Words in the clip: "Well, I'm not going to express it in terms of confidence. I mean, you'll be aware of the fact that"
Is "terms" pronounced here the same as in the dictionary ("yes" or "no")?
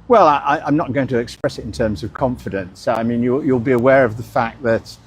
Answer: yes